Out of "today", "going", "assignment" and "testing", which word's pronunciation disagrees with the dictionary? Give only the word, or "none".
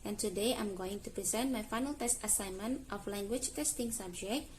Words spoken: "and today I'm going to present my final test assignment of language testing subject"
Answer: none